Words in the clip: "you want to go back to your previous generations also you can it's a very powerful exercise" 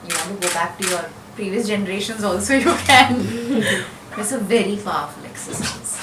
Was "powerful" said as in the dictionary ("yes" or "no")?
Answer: no